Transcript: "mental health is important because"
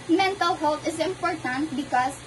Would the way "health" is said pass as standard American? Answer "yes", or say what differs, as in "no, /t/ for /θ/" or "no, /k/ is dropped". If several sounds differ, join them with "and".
no, /t/ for /θ/